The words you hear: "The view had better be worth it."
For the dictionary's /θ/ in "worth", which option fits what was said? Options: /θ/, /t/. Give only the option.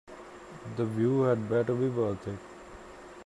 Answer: /t/